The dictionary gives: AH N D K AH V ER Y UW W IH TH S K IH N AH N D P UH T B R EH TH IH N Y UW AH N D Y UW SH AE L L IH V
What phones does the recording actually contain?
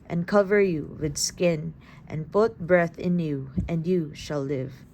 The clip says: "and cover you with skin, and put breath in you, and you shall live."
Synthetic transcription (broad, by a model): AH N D K AH V ER Y UW W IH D S K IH N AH N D P UH T B R EH TH IH N Y UW AH N D Y UW SH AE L L IH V